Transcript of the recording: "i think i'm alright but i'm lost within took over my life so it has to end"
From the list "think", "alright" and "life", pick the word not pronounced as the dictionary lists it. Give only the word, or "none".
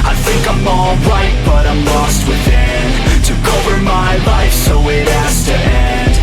none